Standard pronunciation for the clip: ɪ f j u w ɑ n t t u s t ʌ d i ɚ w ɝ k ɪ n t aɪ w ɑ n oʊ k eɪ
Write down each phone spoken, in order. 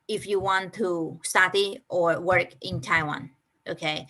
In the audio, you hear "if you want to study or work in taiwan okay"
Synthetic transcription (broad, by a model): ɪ f j u w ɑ n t t u s t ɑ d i ɚ w ɝ k ɪ n t aɪ w ɑ n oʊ k eɪ